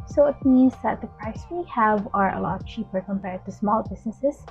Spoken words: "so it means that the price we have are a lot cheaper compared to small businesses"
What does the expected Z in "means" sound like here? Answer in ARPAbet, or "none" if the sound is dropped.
Z